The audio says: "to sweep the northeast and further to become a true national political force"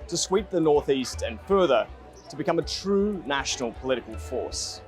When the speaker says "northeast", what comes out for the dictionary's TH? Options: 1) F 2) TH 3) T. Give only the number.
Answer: 2